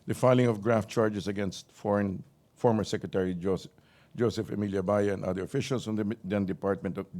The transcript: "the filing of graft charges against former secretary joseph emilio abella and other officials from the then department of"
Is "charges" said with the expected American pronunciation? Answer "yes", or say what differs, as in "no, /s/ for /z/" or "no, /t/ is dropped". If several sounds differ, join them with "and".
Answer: no, /s/ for /z/